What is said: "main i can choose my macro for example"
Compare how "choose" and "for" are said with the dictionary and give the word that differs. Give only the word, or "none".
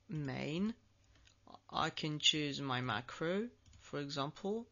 none